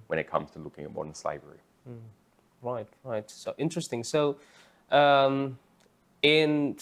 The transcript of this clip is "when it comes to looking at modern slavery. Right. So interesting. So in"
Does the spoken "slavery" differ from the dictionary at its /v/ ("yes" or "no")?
yes